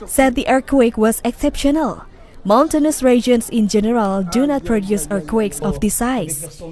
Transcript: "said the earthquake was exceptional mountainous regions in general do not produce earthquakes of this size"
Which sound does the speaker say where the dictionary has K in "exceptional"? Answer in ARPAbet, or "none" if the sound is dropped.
K